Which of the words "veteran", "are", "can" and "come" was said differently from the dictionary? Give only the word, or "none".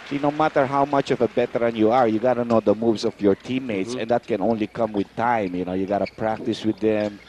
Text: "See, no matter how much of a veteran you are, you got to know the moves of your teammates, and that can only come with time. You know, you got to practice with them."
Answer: veteran